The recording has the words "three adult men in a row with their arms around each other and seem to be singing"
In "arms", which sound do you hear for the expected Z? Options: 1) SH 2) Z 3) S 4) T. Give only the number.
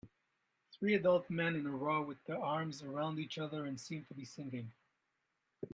2